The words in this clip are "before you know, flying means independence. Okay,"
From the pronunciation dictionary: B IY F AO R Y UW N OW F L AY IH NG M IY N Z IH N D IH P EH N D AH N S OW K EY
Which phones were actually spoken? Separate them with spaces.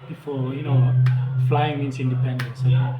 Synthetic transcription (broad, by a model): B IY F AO Y UW N OW F L AY IH NG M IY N S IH N D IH P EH N D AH N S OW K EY